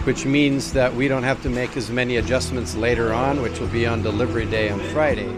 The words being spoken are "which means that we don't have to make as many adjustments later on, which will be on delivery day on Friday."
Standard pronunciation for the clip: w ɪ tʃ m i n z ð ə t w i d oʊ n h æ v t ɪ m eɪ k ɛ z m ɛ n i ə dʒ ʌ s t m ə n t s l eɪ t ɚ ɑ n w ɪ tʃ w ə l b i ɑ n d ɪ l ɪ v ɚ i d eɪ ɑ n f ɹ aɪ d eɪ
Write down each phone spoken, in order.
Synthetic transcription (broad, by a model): w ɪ tʃ m i n z ð ə t w i d oʊ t h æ f t ɪ m eɪ k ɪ z m ɛ n i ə dʒ ʌ s m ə n t s l eɪ t ɚ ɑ n w ɪ tʃ w ə l b i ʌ n d ɪ l ɪ v ɚ i d eɪ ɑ n f ɹ aɪ d eɪ